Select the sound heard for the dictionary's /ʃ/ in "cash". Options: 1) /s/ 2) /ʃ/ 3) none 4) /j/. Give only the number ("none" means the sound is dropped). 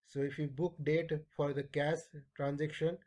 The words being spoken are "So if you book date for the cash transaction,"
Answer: 1